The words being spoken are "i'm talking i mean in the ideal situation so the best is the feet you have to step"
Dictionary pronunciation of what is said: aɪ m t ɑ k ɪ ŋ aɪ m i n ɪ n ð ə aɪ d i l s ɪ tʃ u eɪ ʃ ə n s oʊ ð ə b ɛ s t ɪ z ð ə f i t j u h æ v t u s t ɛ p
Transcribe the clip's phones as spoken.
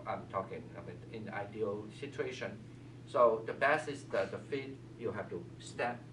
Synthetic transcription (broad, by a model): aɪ m t ɑ k ɪ ŋ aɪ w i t ɪ n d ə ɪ d i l s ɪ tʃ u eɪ ʃ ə n s oʊ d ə b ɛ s ɪ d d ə f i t j u h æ f t u s t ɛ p